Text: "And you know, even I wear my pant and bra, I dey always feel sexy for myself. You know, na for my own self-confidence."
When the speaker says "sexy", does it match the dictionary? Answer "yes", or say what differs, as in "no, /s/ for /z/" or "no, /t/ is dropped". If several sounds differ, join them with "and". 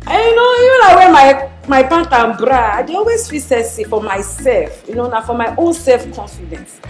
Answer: no, /k/ is dropped